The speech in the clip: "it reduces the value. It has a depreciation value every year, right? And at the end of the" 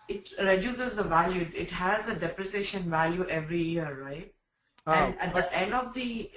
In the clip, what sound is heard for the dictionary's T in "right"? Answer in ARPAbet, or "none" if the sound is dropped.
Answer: T